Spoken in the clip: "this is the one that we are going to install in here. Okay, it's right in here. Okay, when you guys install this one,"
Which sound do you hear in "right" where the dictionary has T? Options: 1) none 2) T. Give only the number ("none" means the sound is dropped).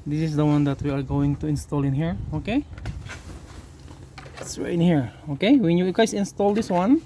1